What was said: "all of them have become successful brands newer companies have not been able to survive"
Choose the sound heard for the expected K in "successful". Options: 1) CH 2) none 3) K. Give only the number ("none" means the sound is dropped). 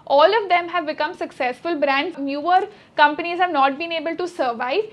3